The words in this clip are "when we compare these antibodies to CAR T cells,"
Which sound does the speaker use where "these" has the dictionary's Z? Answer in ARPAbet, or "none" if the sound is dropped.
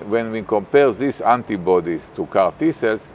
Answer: S